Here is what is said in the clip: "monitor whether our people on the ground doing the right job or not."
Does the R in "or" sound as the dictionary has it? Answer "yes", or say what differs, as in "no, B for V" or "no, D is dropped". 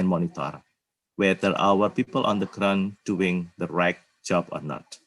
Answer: yes